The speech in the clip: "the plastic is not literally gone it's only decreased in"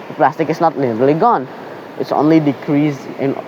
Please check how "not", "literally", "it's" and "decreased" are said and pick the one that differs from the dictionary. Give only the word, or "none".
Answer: decreased